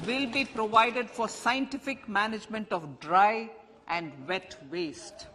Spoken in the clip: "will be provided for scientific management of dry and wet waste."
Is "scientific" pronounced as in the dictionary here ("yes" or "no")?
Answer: yes